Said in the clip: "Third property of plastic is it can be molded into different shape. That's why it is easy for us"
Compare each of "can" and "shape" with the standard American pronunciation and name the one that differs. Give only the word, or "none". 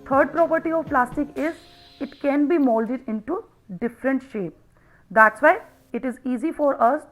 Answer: none